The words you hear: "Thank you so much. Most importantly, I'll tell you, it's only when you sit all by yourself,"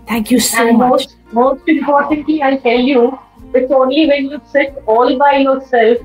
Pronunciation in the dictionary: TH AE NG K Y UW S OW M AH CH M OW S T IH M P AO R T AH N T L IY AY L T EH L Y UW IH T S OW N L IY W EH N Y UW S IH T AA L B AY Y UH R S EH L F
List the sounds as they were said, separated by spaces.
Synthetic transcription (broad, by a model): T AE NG K Y UW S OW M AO S M OW S T IH M P AO R T AH N T L IY AY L T EH L Y UW IH T S OW N L IY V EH N Y UW S IH T AA L B AY Y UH R S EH L F